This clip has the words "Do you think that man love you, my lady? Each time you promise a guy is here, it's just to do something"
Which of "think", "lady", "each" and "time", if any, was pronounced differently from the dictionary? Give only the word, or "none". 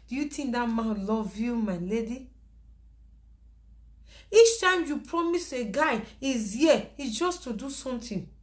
think